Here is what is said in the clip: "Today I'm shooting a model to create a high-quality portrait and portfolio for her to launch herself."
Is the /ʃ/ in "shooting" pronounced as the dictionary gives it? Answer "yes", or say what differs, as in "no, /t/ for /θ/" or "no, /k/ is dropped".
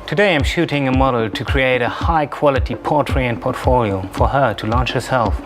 yes